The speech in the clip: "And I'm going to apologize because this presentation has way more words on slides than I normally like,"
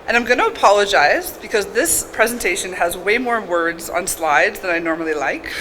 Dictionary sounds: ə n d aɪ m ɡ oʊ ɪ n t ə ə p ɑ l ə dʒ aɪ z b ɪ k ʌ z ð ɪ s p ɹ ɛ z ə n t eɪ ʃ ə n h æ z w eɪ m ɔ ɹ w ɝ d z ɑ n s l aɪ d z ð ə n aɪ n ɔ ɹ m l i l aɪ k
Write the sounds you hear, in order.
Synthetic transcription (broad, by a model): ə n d aɪ m ɡ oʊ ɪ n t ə ə p ɑ l ə dʒ aɪ z b ɪ k ʌ z ð ɪ s p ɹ ɛ z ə n t eɪ ʃ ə n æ z w eɪ m ɔ ɹ w ɝ d z n s l aɪ d z ð ə n aɪ n ɔ ɹ m l i l aɪ k